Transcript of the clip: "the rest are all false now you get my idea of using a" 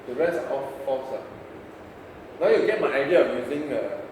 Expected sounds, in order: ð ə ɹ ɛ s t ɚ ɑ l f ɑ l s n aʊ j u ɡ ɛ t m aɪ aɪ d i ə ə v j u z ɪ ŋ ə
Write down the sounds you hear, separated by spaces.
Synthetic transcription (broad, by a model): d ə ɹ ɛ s ɚ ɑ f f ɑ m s n aʊ j u ɡ ɛ t m aɪ aɪ d i ə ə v j u z ɪ ŋ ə